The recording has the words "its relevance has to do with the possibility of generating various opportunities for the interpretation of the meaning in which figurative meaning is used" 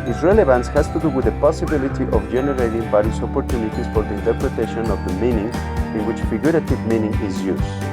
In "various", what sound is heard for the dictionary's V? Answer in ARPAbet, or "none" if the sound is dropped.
B